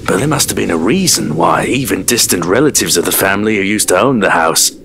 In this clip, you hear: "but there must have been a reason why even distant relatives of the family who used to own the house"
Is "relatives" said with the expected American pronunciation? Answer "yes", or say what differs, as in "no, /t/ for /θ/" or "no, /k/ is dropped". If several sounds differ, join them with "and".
yes